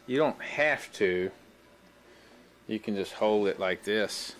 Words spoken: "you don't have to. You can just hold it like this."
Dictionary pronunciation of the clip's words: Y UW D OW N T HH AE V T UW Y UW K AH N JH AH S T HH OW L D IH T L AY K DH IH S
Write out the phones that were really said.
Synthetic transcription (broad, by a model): Y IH D OW N T HH AE F T UW Y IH K AH N JH AH S T HH OW L D IH T L AY K DH IH S